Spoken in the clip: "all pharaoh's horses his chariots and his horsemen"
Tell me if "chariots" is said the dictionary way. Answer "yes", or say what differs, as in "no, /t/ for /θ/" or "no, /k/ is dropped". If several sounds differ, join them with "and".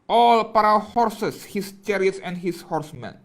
yes